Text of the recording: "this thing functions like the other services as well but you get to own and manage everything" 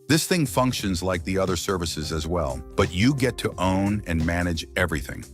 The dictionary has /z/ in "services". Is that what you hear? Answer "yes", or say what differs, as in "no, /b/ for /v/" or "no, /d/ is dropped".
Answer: yes